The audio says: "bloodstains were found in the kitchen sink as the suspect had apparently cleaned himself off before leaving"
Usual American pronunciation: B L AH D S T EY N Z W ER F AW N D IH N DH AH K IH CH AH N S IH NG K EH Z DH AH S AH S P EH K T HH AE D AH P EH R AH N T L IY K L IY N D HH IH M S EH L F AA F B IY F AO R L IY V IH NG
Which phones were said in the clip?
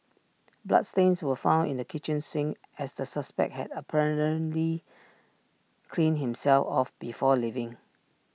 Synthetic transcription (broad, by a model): B L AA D S T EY N S W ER F AW N D IH N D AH K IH CH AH N S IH NG EH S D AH S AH S P EH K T HH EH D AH P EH R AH N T L IY K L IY N HH IH M S EH L F AA F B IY F AO L IY V IH NG